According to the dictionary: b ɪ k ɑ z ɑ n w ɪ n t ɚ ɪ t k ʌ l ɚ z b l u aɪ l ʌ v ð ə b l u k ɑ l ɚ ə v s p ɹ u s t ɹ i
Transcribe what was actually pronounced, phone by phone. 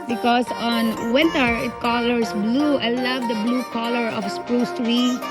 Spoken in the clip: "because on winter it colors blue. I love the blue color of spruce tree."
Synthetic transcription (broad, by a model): b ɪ k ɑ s ɑ n w ɪ n t ɚ ɪ t k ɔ l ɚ s b l u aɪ l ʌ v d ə b l u k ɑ l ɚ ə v s p ɹ u s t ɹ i